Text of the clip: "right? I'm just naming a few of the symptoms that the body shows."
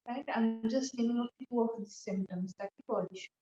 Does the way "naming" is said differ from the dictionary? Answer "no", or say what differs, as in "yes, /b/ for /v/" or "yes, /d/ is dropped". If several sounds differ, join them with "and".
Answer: yes, /l/ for /n/